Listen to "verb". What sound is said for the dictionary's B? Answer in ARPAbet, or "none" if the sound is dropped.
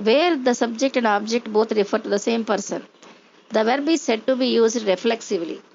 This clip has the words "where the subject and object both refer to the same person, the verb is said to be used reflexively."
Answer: B